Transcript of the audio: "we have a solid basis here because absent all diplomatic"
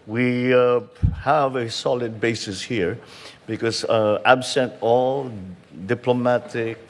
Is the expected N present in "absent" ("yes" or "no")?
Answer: yes